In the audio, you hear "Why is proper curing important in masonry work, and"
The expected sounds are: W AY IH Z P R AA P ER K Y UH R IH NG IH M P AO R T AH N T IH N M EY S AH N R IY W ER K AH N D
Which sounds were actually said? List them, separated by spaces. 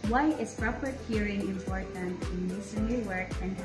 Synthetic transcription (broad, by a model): W AY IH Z P R AA P ER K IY R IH NG IH M P AO R T AH N T IH N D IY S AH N IY W ER K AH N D